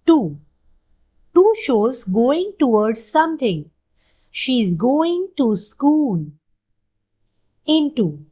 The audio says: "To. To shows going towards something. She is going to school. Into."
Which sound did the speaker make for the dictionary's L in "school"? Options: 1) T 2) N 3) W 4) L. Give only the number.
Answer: 2